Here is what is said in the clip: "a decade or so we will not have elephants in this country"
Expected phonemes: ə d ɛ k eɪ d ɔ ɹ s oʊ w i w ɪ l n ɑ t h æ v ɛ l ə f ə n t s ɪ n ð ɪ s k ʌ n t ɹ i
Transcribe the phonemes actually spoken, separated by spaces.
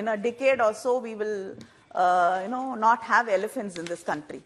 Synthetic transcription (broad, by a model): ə d ɛ k eɪ d ɔ l s oʊ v i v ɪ l n ɑ t h æ v ɛ l ə f ə n t s ɪ n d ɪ s k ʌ n t ɹ i